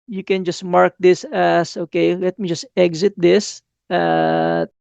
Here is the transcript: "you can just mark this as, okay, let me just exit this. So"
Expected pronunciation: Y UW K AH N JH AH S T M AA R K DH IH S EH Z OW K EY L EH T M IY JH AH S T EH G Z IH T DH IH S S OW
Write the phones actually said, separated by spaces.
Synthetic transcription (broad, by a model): Y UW K AH N JH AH S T M AA R K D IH S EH S OW K EY L EH T M IY JH AH S T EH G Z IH T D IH S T